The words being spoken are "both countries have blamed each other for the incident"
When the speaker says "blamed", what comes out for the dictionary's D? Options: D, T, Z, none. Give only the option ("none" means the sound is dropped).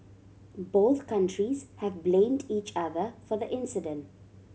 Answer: D